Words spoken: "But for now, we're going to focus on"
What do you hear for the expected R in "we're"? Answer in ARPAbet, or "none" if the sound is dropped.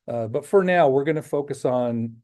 R